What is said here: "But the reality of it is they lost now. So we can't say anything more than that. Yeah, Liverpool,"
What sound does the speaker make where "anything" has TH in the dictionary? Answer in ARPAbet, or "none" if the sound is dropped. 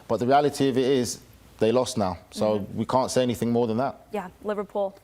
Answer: TH